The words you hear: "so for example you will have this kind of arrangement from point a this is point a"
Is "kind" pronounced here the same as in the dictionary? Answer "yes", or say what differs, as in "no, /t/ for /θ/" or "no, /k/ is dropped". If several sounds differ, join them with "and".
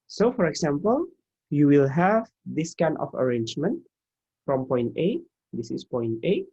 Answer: no, /d/ is dropped